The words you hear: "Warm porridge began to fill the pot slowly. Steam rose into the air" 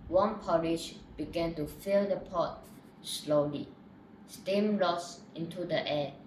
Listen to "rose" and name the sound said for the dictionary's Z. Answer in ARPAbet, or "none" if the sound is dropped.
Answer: S